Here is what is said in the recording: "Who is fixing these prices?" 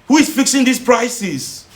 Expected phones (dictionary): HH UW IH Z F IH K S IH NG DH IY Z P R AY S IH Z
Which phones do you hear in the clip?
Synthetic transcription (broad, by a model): HH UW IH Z F IH K S IH NG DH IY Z P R AY S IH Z